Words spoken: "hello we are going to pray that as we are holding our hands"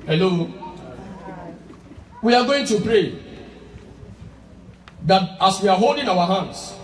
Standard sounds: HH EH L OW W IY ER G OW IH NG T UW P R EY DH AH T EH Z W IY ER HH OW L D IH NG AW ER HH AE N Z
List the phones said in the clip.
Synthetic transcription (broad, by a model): HH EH L OW W IY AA G OW IH NG T UW P R EY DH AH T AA S W IY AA HH OW L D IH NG AW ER HH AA N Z